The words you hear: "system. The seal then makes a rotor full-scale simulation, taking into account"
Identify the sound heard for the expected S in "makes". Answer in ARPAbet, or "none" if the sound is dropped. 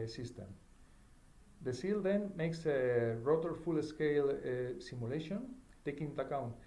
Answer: S